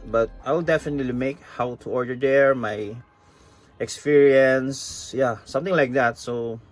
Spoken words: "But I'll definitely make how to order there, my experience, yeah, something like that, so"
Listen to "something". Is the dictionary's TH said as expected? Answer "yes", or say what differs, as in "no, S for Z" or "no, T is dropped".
no, T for TH